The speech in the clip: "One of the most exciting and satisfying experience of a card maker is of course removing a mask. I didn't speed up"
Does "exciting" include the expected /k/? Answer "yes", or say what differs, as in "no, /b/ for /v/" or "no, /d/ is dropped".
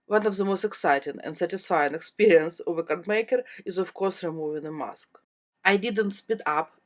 yes